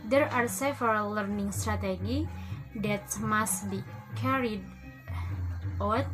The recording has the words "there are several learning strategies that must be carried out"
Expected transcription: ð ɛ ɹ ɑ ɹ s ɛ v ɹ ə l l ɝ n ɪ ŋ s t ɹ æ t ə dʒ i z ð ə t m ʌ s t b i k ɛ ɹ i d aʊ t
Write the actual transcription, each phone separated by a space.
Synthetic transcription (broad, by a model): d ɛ ɹ ɑ ɹ s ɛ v ə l l ɝ n ɪ ŋ s t ɹ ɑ t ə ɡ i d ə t m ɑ s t b i k ɛ ɹ i d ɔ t